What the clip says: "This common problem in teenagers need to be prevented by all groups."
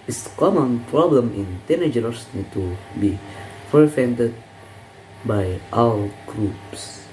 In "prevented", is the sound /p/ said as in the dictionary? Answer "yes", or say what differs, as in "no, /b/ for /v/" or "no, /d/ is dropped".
no, /f/ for /p/